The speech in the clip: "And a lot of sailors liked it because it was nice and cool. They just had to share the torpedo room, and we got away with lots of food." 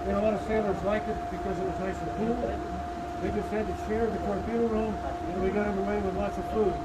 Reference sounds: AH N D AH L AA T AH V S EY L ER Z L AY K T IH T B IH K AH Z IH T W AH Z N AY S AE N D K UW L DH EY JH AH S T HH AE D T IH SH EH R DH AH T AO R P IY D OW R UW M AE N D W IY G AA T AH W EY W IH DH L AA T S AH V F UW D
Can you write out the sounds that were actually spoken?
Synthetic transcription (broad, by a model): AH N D AH L AA T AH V S EY L ER Z L AY K IH T B IH K AH Z IH T W AH Z N AY S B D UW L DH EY JH AH S T HH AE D T IH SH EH R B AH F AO R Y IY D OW R UW M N W IY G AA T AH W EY W IH DH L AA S AH V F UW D